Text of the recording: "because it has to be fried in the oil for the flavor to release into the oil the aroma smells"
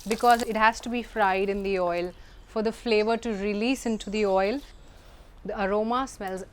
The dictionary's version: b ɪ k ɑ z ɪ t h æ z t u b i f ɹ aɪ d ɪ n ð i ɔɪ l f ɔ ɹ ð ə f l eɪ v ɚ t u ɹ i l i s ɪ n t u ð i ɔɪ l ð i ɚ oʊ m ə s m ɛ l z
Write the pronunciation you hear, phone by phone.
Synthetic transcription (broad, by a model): b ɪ k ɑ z ɪ t h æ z t u b i f ɹ aɪ d ɪ n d i ɔɪ l f ɔ ɹ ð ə f l eɪ v ɚ t u ɹ i l i s ɪ n t u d i ɔɪ l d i ɚ oʊ m ə s m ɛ l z